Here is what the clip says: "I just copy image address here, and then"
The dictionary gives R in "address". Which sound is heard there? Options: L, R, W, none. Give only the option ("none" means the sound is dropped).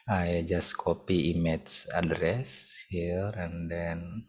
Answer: R